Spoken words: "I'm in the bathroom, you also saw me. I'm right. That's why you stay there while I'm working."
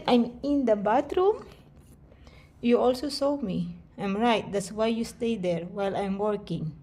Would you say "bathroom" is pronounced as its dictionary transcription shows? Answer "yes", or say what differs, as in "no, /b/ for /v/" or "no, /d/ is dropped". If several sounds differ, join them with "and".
no, /t/ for /θ/